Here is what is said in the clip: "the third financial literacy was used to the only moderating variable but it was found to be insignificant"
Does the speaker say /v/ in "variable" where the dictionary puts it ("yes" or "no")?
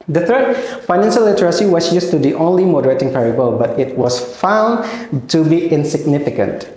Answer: no